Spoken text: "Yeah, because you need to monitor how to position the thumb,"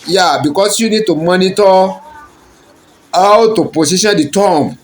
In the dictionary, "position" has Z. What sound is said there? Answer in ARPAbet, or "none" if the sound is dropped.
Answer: S